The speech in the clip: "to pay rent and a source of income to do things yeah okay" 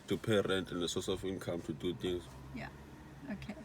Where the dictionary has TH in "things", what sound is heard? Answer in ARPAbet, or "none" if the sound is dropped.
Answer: T